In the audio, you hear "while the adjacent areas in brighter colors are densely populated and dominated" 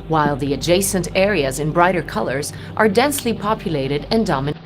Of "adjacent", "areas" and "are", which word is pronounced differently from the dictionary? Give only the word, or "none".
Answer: none